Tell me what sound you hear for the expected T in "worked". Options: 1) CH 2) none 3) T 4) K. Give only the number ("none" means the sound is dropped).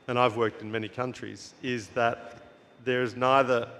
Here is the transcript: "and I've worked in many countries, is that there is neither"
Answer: 3